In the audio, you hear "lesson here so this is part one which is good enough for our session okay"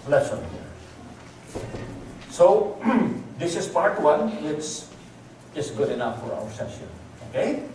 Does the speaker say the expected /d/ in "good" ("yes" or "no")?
yes